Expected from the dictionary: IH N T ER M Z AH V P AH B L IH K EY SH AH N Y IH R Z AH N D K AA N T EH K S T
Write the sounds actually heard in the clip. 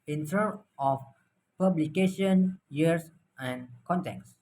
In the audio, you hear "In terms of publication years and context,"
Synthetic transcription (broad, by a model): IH N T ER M AH F P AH B L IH K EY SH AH N Y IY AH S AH N K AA N T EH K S